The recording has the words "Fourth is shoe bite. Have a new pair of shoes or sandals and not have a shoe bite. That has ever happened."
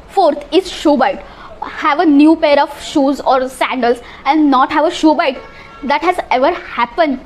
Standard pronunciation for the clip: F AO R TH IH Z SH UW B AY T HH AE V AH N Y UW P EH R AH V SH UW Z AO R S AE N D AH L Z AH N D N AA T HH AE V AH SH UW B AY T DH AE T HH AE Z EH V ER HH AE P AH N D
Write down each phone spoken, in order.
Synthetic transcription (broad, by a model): F AO R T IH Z SH UW B AY T HH AE V AH N Y UW P EH R AH V SH UW Z AO R S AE N D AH L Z AH N D N AA T HH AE V AH SH UW B AY T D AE T HH AE Z EH V ER HH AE P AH N D